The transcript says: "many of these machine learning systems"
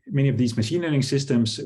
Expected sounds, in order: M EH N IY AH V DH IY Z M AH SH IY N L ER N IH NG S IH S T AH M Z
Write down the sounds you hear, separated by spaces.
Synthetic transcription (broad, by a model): M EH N IY AH V DH IY Z M AH SH IY N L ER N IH NG S IH S T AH M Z